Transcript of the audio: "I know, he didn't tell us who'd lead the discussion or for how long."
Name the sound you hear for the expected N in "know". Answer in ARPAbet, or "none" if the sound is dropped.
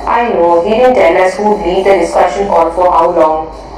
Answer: N